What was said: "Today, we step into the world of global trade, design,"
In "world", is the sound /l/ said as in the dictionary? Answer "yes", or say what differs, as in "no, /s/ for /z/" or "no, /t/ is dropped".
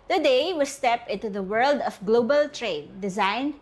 yes